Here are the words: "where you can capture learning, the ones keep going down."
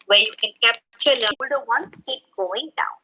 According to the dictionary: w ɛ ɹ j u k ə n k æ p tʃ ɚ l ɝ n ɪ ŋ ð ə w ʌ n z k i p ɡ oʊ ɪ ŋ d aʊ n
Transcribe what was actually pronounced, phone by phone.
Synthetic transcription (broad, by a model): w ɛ j u k ə n k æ p tʃ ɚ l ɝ ɪ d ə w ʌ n s k i p ɡ oʊ ɪ ŋ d aʊ n